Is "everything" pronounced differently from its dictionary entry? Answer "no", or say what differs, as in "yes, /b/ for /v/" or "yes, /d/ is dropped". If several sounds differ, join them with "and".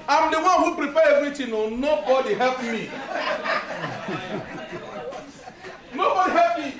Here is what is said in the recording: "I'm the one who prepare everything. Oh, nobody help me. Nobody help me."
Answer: yes, /t/ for /θ/